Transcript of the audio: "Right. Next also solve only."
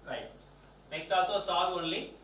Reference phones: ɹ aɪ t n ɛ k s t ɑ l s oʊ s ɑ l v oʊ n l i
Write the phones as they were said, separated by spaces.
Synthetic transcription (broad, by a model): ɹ aɪ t n ɛ k s t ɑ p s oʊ s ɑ v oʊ n l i